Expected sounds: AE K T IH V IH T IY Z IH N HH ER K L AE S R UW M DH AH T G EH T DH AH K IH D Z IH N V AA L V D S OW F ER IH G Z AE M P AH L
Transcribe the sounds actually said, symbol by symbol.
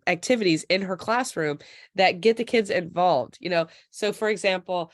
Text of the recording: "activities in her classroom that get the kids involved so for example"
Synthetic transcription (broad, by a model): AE K T IH V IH T IY Z IH N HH ER K L AE S R UW M DH AH T G EH T DH AH K IH D Z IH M V AA L V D S OW F ER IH G Z AE M P L